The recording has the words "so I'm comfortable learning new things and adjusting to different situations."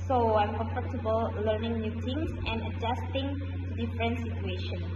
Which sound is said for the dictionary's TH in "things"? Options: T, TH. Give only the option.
T